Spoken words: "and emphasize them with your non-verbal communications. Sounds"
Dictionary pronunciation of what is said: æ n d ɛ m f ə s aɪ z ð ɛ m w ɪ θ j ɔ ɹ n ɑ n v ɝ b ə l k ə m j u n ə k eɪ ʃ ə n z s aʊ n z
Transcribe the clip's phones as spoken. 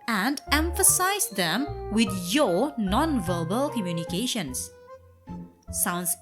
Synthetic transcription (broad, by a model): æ n d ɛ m f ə s aɪ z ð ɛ m w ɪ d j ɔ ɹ n ɑ n v ɝ b ə l k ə m j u n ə k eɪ ʃ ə n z s aʊ n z